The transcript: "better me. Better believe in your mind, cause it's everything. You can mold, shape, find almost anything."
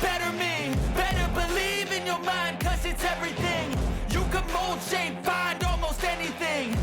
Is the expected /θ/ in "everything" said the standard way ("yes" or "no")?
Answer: yes